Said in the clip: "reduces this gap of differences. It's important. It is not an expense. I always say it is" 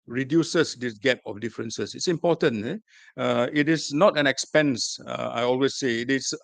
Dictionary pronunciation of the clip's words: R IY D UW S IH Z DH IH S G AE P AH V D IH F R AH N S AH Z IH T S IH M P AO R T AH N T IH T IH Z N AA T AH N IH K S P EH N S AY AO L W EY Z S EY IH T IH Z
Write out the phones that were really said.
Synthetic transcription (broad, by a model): R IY D UW S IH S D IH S G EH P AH F D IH F R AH N S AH S IH T S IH M P AO T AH N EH IH T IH S N AA T AH N IH K S P EH N S AY AO L W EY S S EY IH T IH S